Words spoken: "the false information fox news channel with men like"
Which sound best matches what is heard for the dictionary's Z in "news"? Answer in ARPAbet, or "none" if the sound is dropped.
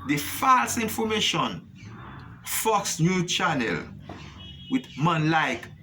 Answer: none